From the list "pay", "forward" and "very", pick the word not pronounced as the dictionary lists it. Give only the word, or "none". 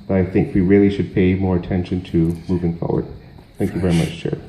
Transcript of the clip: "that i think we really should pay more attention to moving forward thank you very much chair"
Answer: none